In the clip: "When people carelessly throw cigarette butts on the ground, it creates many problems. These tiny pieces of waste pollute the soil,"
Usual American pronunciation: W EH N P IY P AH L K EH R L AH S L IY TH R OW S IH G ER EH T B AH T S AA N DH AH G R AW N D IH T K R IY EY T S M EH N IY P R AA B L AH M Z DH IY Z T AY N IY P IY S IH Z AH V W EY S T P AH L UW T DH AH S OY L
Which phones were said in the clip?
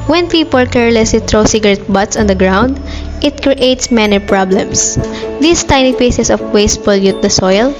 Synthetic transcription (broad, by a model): W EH N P IY P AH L K EH R L AH S L IY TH R OW S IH G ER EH T B AH T S AA N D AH G R AW N D IH T K R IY EY T S M EH N IY P R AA B L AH M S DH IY S T AY N IY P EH S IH S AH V W EY S T F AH L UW T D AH S OY L